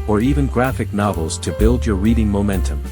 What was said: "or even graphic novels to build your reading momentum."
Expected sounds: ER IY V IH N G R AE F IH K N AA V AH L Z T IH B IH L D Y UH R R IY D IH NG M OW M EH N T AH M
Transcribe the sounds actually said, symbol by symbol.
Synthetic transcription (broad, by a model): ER IY V IH N G R AE F IH K N AA V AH L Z T IH B IH L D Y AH R R IY D IH NG M OW M EH N T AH M